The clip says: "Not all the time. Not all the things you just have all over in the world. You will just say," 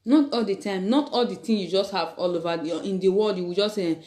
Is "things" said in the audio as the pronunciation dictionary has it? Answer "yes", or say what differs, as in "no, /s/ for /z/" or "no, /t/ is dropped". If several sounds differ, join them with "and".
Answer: no, /t/ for /θ/ and /z/ is dropped